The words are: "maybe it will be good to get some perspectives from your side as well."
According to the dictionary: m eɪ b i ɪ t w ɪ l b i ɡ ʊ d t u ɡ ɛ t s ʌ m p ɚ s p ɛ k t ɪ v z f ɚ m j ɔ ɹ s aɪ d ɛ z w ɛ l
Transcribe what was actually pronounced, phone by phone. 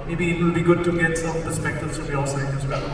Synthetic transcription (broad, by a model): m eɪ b i ɪ t w ɪ l b i ɡ ʊ d t u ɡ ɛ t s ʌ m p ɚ s p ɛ k t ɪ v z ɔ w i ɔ l s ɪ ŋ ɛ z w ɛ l